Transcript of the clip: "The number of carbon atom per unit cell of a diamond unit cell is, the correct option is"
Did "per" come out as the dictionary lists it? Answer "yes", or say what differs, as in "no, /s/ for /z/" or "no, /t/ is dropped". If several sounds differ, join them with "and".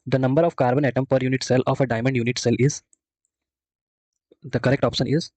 yes